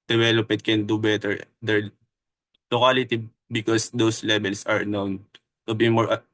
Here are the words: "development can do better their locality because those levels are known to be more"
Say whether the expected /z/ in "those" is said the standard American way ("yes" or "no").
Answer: no